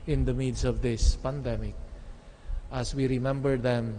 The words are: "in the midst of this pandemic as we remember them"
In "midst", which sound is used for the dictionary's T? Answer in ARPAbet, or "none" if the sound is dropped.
none